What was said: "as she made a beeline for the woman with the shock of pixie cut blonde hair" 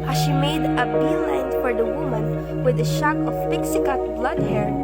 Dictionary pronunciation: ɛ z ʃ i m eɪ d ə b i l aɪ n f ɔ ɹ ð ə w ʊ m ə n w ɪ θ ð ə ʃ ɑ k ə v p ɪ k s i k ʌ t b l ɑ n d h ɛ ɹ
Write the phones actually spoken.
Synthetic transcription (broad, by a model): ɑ ʃ i m eɪ d ə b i l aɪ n f ɔ ɹ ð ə w ʊ m ə n w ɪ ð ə ʃ ɑ k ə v p ɪ k s i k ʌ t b l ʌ d h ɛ ɹ